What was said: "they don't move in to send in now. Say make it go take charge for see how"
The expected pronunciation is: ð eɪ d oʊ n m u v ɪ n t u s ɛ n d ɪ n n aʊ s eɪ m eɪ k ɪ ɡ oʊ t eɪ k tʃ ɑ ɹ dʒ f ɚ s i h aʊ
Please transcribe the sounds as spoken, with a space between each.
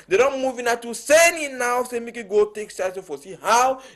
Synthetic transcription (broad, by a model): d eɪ d oʊ n m u v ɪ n t u s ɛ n ɪ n n aʊ s eɪ m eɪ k ɪ ɡ oʊ t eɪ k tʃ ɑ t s f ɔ s i h aʊ